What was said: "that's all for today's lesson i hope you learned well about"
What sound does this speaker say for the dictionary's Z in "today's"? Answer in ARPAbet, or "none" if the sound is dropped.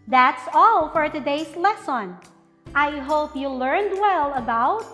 S